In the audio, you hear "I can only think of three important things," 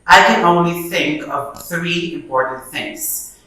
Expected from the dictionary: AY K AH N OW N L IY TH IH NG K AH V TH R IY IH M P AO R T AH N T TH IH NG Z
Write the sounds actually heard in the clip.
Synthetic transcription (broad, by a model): AY K AH N OW N L IY TH IH NG K AH V TH R IY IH M P AO R T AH N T TH IH NG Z